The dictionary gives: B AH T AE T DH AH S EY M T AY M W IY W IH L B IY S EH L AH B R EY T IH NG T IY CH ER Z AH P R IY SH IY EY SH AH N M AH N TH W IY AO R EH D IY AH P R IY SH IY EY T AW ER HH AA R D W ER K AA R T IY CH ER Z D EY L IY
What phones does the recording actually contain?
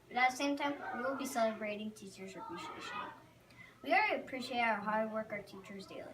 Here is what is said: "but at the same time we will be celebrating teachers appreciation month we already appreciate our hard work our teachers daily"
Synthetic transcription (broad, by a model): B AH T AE T DH AH S EY M T AY M W IY W IH L B IY S EH L AH B R EY T IH NG T IY CH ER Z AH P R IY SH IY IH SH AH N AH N W IY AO L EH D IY AH P R IY SH IY EY T AW ER HH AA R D W ER K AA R T IY CH ER Z D EY L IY